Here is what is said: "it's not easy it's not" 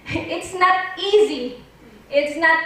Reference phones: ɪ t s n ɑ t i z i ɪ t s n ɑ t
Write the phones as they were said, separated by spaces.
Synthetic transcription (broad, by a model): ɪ t s n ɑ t i z i ɪ t s n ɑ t